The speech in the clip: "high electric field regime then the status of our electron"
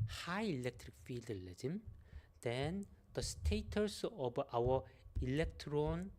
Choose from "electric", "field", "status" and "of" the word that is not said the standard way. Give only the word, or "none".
of